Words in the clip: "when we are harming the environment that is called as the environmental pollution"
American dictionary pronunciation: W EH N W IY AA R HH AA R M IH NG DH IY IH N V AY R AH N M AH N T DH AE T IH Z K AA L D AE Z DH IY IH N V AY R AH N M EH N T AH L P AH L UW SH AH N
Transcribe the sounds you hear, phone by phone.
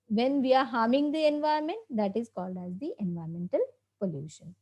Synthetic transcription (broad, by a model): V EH N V IY AA R HH AA R M IH NG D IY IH N V AY AH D M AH N T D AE T IH Z K AA L D AE Z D IY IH N V AY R M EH N T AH L P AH L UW SH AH N